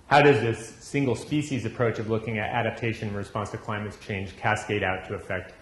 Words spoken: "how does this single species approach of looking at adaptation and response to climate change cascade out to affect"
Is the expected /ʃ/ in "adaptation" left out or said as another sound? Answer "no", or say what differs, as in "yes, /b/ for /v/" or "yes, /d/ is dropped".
yes, /ʃ/ is dropped